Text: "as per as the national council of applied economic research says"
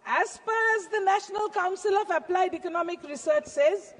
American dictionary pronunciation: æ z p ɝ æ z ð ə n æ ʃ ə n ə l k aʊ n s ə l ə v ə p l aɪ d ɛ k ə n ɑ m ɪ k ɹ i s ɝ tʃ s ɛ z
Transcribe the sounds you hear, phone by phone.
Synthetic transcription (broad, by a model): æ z f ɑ æ z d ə n æ ʃ ə n ə l k aʊ n s ə l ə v ə p l aɪ d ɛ k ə n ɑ m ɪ k ɹ i s ɝ tʃ s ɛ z